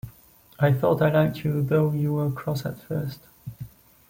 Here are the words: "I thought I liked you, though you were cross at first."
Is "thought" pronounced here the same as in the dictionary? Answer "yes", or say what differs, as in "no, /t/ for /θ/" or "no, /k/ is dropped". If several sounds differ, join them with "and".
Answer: yes